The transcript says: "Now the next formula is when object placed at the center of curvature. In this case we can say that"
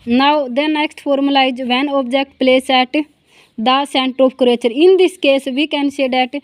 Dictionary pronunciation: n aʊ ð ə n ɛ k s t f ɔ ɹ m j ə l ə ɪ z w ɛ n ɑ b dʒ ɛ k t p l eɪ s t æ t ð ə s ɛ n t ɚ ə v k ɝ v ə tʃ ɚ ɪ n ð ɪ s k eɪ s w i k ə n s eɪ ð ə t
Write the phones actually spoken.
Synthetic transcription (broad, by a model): n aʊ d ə n ɛ k s t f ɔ ɹ m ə l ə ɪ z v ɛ n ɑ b dʒ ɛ k t p l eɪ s ɛ t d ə s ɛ n t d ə p k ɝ ə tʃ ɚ ɪ n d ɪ s k eɪ s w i k ə n s eɪ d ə t